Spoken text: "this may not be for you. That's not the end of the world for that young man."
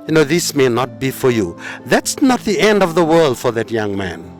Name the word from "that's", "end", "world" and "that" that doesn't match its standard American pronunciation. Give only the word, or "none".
none